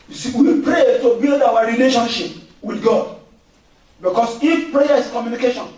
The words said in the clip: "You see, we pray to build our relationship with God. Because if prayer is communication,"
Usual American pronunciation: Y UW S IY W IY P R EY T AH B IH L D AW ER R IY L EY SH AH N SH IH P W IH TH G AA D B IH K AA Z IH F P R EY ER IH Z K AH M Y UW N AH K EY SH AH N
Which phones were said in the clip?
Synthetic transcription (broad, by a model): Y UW S IY W IY P R EY T AH B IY L D AW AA R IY L EY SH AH N SH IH P W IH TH G AA D B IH K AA S IH F P R EY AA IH S K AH M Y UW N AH K EY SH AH N